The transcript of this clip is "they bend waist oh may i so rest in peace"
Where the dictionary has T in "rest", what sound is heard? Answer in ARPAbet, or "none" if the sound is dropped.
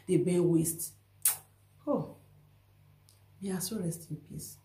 T